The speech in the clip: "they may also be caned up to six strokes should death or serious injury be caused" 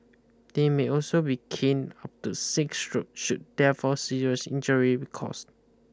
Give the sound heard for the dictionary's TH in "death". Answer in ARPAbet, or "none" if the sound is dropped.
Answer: F